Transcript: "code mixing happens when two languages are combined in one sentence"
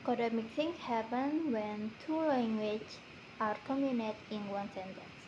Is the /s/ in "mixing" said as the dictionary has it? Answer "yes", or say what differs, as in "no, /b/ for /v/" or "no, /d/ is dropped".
no, /θ/ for /s/